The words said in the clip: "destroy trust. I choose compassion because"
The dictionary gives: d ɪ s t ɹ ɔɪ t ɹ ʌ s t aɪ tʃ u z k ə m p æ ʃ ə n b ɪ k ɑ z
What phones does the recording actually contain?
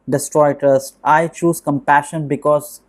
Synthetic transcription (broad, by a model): d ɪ s t ɹ ɔɪ t ʌ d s aɪ tʃ u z k ə m p æ ʃ ə n b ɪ k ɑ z